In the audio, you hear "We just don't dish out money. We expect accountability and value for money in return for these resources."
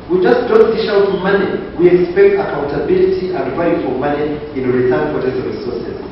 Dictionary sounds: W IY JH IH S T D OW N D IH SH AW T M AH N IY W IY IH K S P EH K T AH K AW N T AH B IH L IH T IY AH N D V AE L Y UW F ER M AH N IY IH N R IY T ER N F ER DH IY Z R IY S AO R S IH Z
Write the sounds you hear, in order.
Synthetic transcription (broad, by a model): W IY JH IH S T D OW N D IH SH AW T M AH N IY W IY IH K S P EH K T AH K AW N T AH B IH L IH T IY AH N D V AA Y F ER M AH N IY IH N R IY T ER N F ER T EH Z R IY S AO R S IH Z